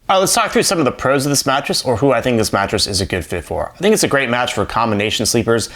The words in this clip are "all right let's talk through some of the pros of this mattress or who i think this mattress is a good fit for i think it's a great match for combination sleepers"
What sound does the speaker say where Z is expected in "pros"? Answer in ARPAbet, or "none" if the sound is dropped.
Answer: Z